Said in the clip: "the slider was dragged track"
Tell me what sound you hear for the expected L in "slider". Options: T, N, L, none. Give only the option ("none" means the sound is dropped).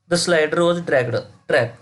L